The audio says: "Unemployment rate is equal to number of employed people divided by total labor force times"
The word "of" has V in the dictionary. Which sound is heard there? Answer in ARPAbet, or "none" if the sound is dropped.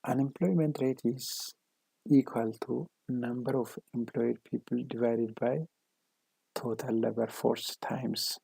F